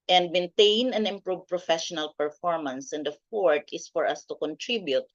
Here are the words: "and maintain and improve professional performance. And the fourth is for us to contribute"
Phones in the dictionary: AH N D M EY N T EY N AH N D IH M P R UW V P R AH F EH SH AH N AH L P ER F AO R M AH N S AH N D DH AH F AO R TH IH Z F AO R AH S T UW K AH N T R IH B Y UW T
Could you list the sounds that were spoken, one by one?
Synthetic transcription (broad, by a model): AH N D M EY N T EY N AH N IH M P R UW V P R AH F EH SH AH N AH L P ER F AO R M AH N S AH N D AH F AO R T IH S F AO R AH S T UW K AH N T R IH B Y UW T